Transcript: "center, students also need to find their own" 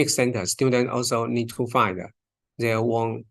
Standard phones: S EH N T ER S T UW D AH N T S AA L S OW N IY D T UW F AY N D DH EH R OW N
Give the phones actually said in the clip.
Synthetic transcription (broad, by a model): S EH N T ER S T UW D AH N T AA L S OW N IY D T UW F AY N D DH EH W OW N